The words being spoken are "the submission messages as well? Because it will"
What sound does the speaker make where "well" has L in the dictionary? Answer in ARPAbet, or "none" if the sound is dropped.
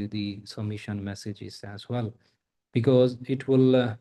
L